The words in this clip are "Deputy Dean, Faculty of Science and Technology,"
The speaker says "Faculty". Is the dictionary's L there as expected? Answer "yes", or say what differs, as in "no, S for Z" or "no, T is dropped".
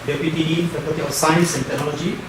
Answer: no, L is dropped